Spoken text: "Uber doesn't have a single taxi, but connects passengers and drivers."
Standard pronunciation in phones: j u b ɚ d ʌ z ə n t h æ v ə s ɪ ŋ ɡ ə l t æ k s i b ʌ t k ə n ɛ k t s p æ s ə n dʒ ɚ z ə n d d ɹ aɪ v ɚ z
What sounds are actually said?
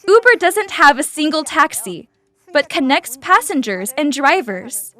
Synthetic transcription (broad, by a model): u b ɚ d ʌ z ə n t h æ v ə s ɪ ŋ ɡ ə l t æ k s i b ʌ t k ə n ɛ k t s p æ s ə n dʒ ɚ z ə n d d ɹ aɪ v ɚ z